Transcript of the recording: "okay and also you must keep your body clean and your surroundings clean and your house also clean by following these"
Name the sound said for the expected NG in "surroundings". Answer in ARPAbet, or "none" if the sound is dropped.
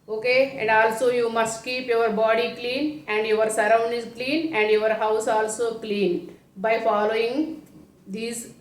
none